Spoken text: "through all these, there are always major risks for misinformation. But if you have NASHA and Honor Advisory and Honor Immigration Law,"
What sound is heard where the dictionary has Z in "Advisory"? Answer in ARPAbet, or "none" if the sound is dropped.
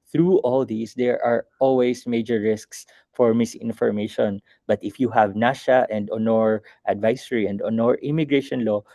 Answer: S